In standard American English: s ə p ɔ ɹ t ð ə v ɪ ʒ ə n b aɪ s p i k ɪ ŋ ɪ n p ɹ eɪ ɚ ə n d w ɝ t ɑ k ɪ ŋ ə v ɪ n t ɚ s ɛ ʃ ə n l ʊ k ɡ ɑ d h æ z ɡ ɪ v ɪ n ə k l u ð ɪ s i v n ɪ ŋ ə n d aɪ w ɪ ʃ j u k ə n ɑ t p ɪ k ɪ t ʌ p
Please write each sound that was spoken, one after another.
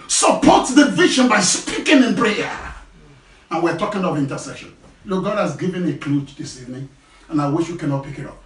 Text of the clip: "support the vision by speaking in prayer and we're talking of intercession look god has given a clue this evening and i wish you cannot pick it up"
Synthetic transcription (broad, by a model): s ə p ɔ t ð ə v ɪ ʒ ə n b aɪ s p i k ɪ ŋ ɪ n p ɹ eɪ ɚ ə n w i t ɑ k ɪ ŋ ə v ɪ n t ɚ s ɛ ʃ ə n l ʊ k ɡ ɑ d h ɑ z ɡ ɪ v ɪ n ə k l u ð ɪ s i v n ɪ ŋ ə n aɪ w ɪ ʃ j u k ə n ɑ t p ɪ k ɪ t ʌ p